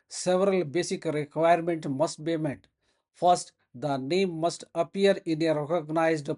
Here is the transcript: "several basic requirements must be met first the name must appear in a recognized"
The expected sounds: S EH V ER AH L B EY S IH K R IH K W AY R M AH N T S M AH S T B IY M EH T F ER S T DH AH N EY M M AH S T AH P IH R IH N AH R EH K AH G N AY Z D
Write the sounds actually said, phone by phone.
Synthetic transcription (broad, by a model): S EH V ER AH L B EY S IH K R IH K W AY R M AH N T M AH S T B IY M EH T F ER S T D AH N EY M M AH S T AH P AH R IH N AH R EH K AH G N AY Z D